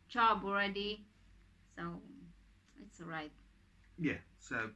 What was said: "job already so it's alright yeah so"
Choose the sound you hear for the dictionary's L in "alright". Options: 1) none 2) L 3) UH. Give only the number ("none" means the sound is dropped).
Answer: 1